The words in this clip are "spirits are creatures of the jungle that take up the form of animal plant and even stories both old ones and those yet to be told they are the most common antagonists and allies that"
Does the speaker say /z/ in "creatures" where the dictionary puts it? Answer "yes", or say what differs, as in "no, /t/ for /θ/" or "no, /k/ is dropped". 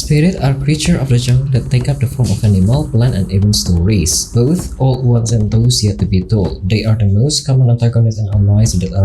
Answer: no, /z/ is dropped